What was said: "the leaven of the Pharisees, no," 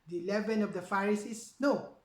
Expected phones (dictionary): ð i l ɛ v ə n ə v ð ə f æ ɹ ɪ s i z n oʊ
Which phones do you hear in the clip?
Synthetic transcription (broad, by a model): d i l ɛ v ə n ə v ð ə f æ ɹ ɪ s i s n oʊ